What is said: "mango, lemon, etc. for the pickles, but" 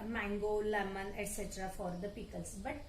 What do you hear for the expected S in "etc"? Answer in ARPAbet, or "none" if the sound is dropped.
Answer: S